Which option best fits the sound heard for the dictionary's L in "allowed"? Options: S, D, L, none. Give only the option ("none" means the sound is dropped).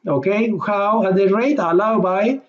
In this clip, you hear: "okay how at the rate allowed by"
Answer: L